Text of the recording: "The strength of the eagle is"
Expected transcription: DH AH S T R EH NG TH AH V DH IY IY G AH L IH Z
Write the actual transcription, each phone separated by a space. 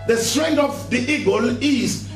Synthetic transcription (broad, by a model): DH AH S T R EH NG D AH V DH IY IY G AH L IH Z